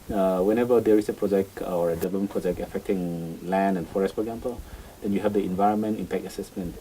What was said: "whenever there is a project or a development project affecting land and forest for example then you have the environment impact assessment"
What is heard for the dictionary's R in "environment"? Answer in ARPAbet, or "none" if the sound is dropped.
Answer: R